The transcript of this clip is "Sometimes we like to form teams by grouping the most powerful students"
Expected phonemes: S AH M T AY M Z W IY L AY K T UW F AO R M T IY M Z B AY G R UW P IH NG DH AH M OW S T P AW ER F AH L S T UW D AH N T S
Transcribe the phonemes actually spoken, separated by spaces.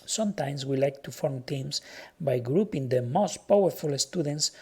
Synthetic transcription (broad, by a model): S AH M T AY M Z W IY L AY K T UW F AO R M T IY M S B AY G R UW P IH NG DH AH M OW S T P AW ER F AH L S T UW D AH N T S